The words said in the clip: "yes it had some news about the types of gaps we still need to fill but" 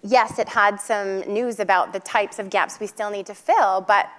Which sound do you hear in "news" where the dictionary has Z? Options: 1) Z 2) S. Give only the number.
1